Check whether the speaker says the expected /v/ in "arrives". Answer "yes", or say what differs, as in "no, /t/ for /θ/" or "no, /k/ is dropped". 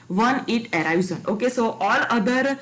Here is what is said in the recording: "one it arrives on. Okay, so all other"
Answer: no, /v/ is dropped